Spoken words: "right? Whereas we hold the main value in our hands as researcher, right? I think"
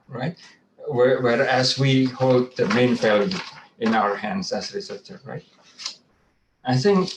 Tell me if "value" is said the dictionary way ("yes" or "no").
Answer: no